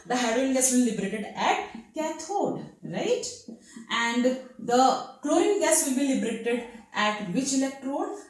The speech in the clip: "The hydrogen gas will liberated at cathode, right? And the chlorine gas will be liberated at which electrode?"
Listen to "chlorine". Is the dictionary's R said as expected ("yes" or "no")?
no